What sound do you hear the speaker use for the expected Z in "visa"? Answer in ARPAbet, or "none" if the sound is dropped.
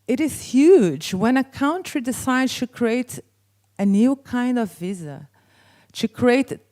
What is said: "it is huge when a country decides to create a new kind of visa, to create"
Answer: Z